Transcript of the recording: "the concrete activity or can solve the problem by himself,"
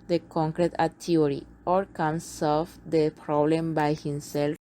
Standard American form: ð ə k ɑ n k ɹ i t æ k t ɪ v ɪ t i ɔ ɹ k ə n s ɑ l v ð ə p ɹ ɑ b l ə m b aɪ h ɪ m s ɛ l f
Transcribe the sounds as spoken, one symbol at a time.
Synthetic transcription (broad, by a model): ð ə k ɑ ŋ k ɹ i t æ t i ɪ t i ɔ ɹ k ə n s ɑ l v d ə p ɹ ɑ b l ə m b aɪ h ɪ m s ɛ l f